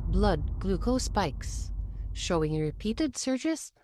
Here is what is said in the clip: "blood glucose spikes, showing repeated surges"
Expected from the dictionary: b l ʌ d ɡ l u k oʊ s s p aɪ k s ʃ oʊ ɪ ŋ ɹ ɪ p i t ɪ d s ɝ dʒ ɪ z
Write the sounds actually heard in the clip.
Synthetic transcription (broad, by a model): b l ʌ d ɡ l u k oʊ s s p aɪ k s ʃ oʊ ɪ ŋ ɹ ɪ p i t ɪ d s ɝ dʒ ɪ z